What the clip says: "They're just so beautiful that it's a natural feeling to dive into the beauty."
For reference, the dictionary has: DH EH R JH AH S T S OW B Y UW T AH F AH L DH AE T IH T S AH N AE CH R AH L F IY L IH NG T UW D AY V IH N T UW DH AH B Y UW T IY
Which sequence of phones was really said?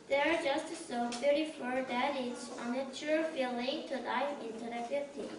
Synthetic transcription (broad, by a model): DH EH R JH AH S T S OW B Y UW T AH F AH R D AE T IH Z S AH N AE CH AH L F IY L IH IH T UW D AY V IH N T UW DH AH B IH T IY